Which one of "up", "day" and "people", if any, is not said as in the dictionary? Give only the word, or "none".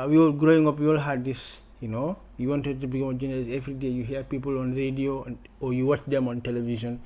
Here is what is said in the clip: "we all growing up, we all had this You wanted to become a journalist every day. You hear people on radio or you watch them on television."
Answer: none